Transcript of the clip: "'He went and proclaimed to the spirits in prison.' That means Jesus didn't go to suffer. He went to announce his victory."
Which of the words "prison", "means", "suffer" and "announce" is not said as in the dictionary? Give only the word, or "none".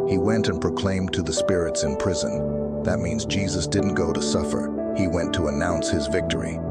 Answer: none